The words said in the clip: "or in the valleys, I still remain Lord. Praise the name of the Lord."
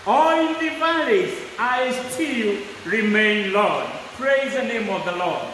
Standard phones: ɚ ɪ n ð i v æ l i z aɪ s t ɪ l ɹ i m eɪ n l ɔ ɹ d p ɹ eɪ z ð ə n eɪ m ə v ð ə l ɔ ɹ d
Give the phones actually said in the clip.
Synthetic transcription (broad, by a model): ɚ ɪ n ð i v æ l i s aɪ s t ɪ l ɹ i m eɪ n l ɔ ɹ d p ɹ eɪ z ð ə n eɪ m ə v ð ə l ɔ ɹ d